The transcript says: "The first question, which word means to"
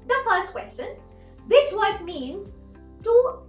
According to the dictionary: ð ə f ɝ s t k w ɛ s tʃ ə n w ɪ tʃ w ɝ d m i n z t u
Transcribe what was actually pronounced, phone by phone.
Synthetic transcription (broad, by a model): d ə f ɝ s t k w ɛ s tʃ ə n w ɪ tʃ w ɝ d m i n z t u